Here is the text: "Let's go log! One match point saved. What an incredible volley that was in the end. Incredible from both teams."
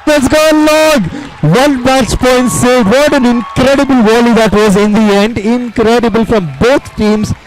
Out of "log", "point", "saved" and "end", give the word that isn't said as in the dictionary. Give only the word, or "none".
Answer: saved